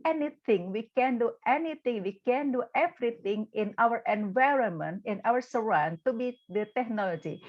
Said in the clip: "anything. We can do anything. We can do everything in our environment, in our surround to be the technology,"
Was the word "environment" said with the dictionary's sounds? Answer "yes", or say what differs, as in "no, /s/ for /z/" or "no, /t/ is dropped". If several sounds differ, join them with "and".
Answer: yes